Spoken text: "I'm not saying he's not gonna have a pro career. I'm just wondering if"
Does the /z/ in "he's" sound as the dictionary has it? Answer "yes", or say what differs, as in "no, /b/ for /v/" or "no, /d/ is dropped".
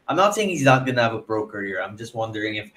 yes